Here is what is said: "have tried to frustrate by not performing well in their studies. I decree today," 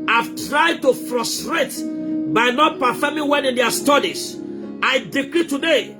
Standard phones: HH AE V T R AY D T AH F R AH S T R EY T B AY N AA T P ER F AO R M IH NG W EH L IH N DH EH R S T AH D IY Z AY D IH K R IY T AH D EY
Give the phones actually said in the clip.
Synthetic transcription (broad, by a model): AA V T R AY D T AH F R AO S T R EY T B AY N AA T P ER F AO M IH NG W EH N IH N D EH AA S T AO D IY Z AY D IH K R IY T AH D EY